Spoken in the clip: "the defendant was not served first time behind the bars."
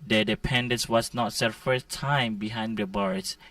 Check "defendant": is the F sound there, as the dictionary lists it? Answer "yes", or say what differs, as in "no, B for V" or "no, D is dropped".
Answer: no, P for F